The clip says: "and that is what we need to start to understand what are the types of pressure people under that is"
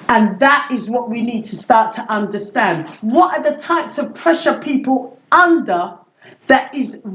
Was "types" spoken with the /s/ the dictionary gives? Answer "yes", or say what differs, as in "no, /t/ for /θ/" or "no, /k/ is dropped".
yes